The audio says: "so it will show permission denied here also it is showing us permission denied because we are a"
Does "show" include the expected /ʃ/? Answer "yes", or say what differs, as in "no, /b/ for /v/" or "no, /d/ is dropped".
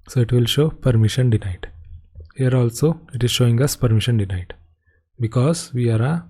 yes